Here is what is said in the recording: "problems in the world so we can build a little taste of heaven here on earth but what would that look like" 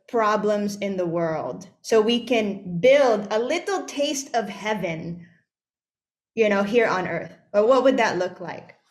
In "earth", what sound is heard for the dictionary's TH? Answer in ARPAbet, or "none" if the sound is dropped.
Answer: TH